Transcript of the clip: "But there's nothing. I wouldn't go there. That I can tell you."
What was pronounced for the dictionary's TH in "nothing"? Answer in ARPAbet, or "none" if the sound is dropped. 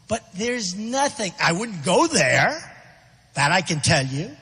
TH